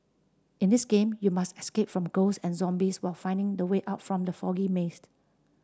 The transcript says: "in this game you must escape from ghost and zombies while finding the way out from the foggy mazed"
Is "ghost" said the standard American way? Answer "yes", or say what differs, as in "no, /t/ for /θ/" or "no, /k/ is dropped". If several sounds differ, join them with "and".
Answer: no, /t/ is dropped